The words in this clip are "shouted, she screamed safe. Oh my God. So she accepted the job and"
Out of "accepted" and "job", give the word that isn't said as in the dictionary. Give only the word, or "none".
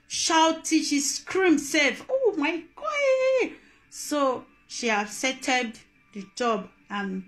accepted